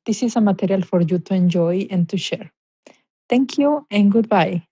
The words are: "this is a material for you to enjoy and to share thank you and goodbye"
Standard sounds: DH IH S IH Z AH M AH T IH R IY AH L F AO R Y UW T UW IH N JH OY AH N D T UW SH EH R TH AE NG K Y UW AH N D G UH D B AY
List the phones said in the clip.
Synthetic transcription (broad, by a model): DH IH S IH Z AH M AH T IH R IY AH L F AO R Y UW T UW IH N JH OY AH N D T UW SH EH R T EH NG K Y UW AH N G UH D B AY